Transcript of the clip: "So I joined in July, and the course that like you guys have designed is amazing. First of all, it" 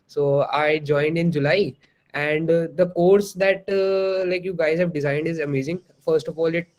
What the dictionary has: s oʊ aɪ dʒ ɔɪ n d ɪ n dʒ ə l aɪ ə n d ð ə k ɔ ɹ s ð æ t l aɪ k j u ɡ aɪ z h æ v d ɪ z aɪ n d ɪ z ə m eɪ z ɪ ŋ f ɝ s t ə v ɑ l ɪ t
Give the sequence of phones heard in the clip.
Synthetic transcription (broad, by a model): s oʊ aɪ dʒ ɔɪ n d ɪ n dʒ ə l aɪ ə n d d ə k ɔ ɹ s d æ t l aɪ k j u ɡ aɪ z h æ v d ɪ z aɪ n d ɪ z ə m eɪ z ɪ ŋ f ɝ s t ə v ɑ l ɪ t